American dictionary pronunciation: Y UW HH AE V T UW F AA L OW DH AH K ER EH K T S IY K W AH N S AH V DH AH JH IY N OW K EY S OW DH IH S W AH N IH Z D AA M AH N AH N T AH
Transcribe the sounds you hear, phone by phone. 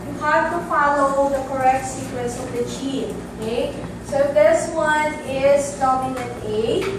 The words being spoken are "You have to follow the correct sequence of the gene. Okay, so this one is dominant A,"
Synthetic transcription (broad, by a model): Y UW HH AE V T UW F AA L OW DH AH K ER EH K T S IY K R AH S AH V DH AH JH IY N OW K EY S OW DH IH S W AH N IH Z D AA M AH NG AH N AH